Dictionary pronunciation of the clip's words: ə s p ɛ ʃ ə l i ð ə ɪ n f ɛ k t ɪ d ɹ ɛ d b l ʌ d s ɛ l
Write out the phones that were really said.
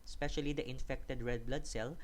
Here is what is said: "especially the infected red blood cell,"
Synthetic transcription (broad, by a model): s p ɛ ʃ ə l i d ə ɪ n f ɛ k t ɪ d ɹ ɛ d b l ʌ d s ɛ l